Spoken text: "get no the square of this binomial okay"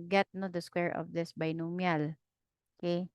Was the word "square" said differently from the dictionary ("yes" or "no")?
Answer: no